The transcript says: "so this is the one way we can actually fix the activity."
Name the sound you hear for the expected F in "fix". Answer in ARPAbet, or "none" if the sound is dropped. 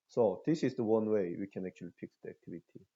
P